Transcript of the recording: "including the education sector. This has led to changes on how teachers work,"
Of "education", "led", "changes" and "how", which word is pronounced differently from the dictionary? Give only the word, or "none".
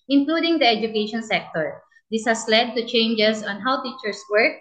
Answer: changes